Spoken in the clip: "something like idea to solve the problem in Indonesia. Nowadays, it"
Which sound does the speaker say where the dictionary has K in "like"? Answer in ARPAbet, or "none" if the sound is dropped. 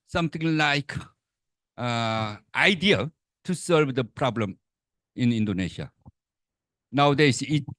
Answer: K